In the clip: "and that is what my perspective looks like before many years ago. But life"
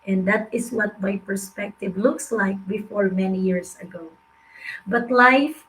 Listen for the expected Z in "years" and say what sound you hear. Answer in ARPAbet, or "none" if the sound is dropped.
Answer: S